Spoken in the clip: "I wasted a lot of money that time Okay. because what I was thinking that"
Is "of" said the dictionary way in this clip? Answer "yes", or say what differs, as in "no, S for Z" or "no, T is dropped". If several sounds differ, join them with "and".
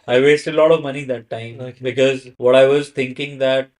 yes